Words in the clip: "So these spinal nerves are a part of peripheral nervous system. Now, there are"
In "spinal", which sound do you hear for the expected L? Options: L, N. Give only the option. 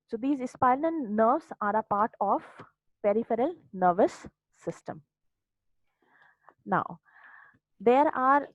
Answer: N